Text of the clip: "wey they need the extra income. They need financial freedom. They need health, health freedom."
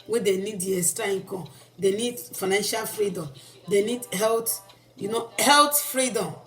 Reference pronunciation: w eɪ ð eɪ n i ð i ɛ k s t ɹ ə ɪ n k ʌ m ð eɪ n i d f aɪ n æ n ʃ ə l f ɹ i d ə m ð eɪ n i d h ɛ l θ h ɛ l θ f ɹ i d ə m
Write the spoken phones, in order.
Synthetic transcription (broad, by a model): w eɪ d eɪ n i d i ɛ s t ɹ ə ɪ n k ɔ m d eɪ n i d f aɪ n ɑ n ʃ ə l f ɹ i d ə m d eɪ n i d h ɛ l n h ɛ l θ f ɹ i d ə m